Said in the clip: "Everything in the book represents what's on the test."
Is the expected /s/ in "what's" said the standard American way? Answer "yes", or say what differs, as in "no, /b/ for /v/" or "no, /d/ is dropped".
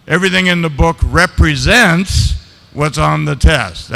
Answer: yes